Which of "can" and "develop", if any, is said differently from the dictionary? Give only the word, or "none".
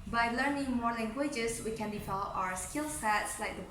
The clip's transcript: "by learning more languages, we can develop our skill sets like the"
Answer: develop